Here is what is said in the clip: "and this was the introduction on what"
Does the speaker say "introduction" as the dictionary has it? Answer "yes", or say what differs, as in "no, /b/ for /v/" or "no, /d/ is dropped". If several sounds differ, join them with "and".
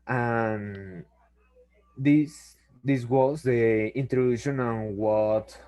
no, /k/ is dropped